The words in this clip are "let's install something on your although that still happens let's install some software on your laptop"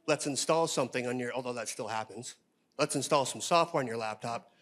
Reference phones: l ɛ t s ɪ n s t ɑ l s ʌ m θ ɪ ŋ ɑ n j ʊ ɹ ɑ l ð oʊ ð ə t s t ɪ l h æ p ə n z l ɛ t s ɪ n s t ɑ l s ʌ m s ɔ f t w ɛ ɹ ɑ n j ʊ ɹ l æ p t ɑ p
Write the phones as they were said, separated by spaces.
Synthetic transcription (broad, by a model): l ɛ t s ɪ n s t ɑ l s ʌ m θ ɪ ŋ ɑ n j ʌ ɹ ɑ l ð oʊ ð ə t s t ɪ l h æ p ə n z l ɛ t s ɪ n s t ɑ l s ʌ m s ɔ f t w ɛ ɹ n j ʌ ɹ l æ p t ɑ p